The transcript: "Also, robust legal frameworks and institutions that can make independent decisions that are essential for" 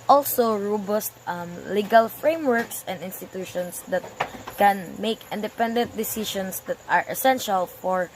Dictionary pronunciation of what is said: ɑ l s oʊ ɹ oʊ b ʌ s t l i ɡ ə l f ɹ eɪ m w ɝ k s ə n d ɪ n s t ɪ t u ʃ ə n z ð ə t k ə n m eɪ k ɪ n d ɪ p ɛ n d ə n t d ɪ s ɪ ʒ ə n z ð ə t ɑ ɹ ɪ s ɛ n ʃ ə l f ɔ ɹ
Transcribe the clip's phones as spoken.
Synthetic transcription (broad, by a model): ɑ l s oʊ ɹ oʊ b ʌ s t l i ɡ ə l f ɹ eɪ m w ɝ k s ə n d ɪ n s t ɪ t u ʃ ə n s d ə t k ə n m eɪ k ɪ n d ɪ p ɛ n d ə n t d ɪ s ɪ ʃ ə n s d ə t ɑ ɹ ɪ s ɛ n ʃ ə l f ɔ ɹ